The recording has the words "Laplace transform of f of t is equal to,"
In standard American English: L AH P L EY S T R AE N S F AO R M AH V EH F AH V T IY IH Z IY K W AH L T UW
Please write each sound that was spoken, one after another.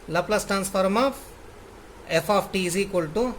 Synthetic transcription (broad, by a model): L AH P L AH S T R AE N S F AO R M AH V EH F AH F T IY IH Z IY K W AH L T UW